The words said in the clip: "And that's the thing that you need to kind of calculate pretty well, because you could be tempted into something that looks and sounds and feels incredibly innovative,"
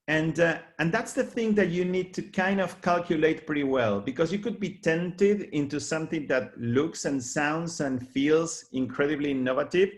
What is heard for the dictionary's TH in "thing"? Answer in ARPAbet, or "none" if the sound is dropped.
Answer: TH